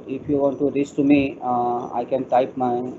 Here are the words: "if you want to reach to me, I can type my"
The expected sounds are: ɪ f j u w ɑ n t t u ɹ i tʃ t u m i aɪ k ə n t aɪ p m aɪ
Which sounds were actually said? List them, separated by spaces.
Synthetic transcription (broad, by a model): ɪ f j u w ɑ n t t u ɹ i s t u m i aɪ k ə n t aɪ p m aɪ